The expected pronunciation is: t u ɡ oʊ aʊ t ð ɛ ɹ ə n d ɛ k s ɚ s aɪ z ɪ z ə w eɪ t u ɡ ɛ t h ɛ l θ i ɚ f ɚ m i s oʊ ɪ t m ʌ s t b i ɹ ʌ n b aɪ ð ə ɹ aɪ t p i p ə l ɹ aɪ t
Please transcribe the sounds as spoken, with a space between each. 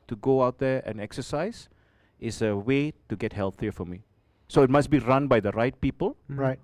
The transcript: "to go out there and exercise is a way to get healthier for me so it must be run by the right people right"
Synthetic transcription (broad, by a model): t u ɡ oʊ aʊ t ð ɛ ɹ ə n ɛ k s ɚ s aɪ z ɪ s ə w eɪ t u ɡ ɛ t h ɛ l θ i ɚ f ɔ m i s oʊ ɪ t m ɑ s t b i ɹ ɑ n b aɪ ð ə ɹ aɪ t p i p ə l ɹ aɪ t